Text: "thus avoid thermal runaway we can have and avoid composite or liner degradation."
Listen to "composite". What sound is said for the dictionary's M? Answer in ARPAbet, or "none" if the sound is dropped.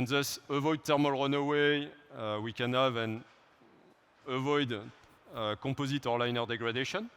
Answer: none